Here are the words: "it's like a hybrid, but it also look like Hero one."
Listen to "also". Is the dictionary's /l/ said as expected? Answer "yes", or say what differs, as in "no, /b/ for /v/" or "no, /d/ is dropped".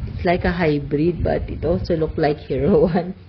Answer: no, /l/ is dropped